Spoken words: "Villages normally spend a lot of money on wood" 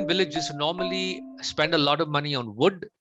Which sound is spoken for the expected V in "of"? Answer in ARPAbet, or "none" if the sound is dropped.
V